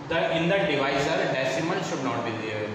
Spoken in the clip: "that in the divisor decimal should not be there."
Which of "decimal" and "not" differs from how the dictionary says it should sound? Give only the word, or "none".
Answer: decimal